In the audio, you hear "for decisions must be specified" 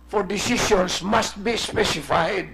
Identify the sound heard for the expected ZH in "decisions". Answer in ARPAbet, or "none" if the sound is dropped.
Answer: SH